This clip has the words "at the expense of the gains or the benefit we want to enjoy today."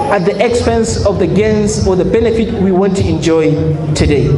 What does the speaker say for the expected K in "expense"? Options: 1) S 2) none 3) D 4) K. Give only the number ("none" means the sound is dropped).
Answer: 4